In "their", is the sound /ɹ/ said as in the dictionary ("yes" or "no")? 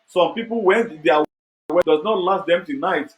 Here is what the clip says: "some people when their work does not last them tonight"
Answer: no